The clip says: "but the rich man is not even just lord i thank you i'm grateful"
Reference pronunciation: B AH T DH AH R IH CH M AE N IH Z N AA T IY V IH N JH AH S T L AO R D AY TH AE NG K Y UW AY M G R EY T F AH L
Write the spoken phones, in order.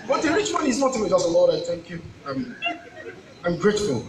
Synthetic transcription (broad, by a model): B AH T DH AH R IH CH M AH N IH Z N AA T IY W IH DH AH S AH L AO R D AY TH AE NG K Y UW AY M G R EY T F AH L